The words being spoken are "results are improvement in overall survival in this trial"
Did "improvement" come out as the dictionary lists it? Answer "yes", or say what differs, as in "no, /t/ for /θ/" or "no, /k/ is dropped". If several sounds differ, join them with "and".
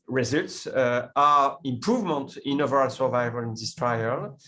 yes